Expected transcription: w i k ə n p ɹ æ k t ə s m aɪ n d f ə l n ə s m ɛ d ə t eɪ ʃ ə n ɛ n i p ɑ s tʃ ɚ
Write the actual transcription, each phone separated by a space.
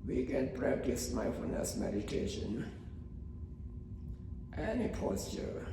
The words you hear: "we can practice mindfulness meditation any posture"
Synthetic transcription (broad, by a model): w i k ə n p ɹ æ k t ə s m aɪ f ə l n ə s m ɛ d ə t eɪ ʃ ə n ɛ n i p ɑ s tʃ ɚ